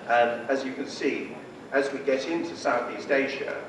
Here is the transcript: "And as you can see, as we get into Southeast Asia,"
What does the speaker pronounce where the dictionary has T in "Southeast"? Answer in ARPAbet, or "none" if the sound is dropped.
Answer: T